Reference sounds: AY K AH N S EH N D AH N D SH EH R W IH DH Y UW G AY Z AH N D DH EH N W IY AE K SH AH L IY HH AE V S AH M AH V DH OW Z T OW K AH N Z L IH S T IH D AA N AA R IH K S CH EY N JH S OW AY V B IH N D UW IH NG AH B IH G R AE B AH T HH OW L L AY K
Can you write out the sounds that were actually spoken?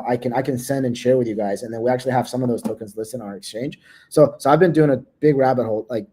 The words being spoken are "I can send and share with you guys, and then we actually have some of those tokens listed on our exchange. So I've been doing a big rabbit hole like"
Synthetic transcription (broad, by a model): AY K AH N S EH N D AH N SH EH R W IH DH Y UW G AY Z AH N DH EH N W IY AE K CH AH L IY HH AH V S AH M AH V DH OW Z T OW K AH N Z L IH S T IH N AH R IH K S CH EY N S S OW AY V B IH N D UW IH NG AH B IH G R AE B AH T HH OW L L AY K